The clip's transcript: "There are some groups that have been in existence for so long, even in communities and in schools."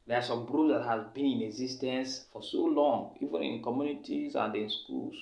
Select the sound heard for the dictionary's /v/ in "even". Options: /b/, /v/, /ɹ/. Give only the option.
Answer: /v/